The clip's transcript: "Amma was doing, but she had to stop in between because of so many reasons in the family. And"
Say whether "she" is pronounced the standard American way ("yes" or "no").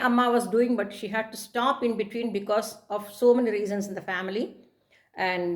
yes